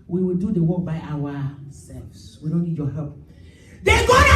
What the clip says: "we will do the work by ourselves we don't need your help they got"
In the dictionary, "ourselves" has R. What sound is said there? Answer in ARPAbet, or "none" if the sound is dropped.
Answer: W